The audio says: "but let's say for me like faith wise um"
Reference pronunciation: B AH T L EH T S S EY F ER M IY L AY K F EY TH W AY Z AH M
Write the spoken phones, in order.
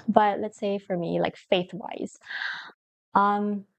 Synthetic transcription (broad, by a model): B AH T L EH T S S EY F ER M IY L AY K F EY TH W AY Z AH M